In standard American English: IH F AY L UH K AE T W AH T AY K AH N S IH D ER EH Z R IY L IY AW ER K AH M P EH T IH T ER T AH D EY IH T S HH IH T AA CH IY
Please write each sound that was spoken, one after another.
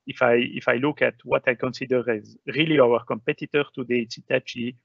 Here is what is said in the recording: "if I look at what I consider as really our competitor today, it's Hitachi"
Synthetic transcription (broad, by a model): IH F AY L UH K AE T W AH T AY K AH N S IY D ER EH Z R IY L IY AW ER K AH M P EH T IH T ER T AH D EY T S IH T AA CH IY